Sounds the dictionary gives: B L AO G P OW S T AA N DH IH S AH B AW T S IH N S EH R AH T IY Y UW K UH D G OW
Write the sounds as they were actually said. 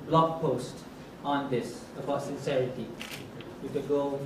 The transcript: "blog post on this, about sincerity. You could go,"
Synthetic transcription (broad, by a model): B L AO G P OW S T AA N DH IH S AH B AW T S IH N S EH R AH T IY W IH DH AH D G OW